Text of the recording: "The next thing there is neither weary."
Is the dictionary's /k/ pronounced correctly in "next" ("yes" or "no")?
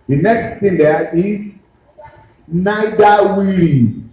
yes